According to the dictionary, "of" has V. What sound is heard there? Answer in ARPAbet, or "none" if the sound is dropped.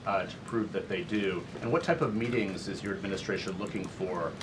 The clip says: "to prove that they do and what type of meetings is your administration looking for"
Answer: V